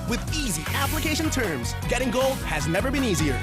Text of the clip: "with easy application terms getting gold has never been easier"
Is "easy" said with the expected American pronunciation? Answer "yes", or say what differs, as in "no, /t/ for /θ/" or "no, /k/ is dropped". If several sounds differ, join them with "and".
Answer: yes